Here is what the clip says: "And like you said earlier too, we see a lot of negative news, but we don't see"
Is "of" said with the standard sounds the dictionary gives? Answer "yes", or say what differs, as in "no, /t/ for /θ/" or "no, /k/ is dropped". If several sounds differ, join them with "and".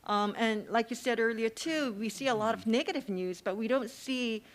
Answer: yes